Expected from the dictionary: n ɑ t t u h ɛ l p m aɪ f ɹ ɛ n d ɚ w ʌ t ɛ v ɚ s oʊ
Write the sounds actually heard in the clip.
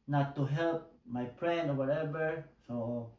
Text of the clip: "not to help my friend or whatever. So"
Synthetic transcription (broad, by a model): n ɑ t t u h ɛ l p m aɪ p ɹ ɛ n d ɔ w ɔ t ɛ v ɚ s oʊ